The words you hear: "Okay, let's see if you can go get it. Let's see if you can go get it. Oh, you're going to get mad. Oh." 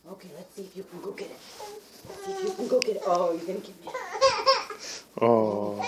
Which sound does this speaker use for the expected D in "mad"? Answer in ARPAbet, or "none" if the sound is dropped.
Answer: none